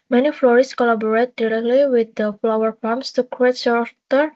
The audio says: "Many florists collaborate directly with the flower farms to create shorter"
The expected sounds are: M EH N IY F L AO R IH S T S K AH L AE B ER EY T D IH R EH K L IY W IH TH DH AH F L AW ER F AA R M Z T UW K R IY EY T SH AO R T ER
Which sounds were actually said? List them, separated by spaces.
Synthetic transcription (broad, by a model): M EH N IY F L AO R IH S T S K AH L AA B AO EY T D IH R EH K L IY W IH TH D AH F L AW ER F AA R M S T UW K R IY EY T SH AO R T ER